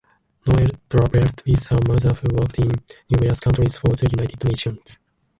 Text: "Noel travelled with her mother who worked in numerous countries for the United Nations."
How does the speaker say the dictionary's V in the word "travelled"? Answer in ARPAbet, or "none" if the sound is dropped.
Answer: B